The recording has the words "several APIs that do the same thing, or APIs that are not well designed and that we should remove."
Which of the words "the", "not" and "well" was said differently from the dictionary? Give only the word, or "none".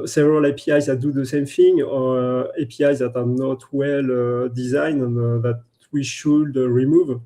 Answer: none